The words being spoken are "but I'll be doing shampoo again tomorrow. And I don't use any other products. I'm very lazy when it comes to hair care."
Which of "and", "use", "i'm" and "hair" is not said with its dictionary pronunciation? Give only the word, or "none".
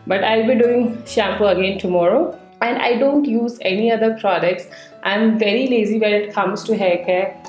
hair